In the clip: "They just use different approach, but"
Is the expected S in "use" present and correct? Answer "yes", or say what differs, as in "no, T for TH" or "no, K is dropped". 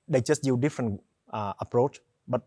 no, S is dropped